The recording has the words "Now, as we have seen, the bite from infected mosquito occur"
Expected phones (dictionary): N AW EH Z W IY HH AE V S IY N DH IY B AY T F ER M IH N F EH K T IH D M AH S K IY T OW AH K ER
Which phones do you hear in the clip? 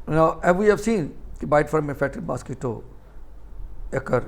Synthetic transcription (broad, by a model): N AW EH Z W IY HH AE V S IY N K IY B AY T F ER M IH F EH K T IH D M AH S K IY T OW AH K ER